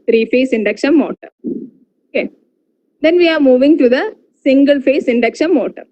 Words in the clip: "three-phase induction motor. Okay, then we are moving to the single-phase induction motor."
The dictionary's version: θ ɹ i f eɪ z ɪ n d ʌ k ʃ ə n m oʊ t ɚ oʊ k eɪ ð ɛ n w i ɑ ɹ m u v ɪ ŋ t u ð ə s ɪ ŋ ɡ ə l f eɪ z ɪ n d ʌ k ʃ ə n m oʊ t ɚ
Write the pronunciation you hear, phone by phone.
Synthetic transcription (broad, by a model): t ɹ i f eɪ s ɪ n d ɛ k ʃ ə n m oʊ t ɚ oʊ k eɪ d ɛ n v i ɑ ɹ m u v ɪ ŋ t u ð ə s ɪ ŋ ɡ ə l f eɪ s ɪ n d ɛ k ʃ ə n m oʊ t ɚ